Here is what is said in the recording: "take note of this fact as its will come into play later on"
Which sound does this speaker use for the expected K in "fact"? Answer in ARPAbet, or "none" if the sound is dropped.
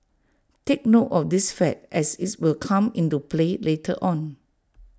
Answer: none